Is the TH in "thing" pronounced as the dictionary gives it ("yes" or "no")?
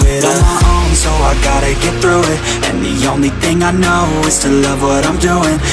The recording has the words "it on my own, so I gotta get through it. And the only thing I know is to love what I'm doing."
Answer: yes